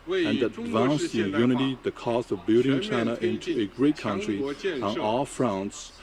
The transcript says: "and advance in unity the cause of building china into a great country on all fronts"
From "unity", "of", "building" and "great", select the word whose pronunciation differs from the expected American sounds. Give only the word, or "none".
none